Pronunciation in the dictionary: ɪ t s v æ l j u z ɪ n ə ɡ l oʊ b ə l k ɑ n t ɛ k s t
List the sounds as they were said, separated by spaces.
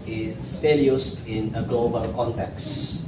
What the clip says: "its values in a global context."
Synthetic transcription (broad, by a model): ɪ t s f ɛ l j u s ɪ n ə ɡ l oʊ b ə l k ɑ n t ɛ k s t